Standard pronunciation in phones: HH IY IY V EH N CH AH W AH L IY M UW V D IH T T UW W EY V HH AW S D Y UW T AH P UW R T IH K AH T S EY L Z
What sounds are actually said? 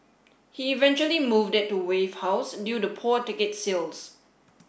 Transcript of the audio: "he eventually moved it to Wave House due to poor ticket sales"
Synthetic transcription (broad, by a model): HH IY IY V EH N CH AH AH L IY M UW V D IH T T UW W EY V HH AW S D Y UW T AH P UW T IH K AH T S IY L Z